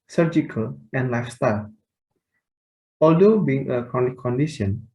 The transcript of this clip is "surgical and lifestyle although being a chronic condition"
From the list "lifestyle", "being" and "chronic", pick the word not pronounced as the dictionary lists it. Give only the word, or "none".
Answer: chronic